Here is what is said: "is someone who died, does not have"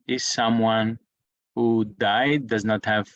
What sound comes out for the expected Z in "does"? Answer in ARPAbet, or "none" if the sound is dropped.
Z